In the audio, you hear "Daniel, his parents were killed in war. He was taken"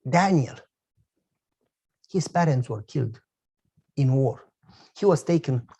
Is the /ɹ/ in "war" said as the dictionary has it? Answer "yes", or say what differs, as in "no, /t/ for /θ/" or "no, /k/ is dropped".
yes